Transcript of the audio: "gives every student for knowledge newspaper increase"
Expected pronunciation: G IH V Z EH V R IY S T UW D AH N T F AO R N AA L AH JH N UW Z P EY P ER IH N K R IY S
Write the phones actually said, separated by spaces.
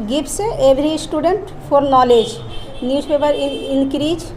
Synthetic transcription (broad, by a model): G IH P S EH B R IY S T UW D AH N T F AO R N AA L AH JH N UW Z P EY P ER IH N K R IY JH